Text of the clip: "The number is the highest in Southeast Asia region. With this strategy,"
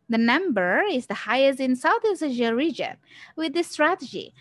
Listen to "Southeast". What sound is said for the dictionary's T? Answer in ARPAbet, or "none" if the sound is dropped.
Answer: none